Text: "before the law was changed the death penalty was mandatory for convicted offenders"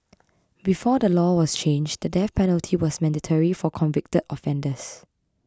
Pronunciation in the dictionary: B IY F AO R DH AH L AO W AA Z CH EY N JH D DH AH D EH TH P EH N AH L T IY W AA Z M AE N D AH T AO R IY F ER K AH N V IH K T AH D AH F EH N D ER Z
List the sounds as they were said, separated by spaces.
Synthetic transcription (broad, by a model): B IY F AO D AH L AO W AA S CH EY N JH D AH D EH F P EH N AH L T IY W AA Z M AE N D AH T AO R IY F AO K AH N V IH K T AH D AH F EH N D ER S